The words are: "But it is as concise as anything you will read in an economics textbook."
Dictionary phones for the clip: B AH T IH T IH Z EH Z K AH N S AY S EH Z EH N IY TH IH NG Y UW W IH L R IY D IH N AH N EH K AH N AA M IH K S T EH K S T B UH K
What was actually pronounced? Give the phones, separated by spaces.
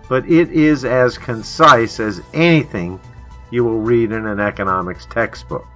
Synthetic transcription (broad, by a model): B AH T IH T IH Z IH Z K AH N S AY S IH Z EH N IY TH IH NG Y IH W IH L R IY D IH N AH N EH K AH N AA M IH K S T EH K S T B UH K